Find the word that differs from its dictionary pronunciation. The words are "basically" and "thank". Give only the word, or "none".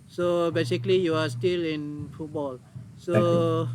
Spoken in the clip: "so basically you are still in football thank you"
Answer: thank